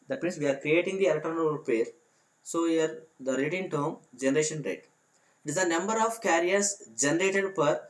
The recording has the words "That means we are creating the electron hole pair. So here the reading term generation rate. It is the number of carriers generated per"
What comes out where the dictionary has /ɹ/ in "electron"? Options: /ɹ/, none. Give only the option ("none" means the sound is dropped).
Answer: none